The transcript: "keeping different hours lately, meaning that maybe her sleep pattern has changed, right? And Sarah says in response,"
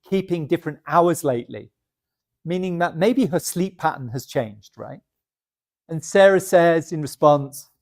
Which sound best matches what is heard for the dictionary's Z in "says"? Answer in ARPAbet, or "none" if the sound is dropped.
Z